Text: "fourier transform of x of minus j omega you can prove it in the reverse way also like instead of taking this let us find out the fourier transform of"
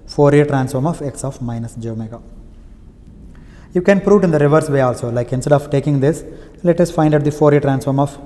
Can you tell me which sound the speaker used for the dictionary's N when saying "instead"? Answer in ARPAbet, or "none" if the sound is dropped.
N